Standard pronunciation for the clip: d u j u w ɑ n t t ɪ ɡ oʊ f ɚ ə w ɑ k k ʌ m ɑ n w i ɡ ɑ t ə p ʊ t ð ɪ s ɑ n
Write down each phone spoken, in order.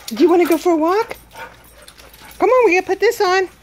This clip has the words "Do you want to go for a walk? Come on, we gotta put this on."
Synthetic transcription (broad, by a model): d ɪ j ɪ w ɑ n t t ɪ ɡ oʊ f ɚ ə w ɑ k k ʌ m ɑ n w i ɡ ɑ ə p ʊ t ð ɪ s n